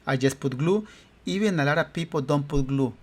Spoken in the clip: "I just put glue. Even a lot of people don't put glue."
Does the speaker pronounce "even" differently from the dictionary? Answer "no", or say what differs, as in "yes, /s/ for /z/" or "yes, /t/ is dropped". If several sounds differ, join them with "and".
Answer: yes, /b/ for /v/